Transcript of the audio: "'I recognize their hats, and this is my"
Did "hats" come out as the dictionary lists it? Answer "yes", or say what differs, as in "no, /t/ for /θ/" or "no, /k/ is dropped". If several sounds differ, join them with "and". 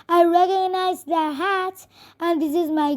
no, /s/ is dropped